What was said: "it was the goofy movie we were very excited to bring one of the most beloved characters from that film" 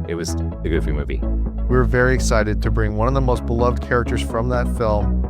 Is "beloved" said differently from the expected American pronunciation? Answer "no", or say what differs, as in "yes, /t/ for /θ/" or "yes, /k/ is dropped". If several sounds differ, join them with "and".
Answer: no